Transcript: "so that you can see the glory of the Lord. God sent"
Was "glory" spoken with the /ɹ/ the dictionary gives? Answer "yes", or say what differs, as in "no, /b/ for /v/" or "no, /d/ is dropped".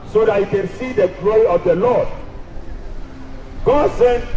no, /ɹ/ is dropped